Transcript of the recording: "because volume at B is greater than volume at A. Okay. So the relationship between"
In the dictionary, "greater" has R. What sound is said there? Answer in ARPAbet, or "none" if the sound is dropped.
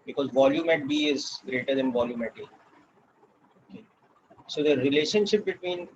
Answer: R